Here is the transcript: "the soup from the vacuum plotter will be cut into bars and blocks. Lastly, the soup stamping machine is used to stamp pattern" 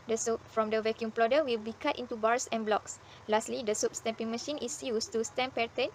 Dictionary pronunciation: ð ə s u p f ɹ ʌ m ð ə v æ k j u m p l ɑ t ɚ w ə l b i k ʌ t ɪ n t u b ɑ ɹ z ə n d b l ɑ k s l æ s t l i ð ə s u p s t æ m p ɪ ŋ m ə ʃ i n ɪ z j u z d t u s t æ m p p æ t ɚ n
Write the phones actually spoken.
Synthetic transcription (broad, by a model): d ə s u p f ɹ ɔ m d ə v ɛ k j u m p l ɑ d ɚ w ə l b i k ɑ t ɪ n t u b ɑ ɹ s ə n b l ɑ k s l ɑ s t l i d ə s u p s t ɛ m p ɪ ŋ m ə ʃ i n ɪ s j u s t u s t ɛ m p p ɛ t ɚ n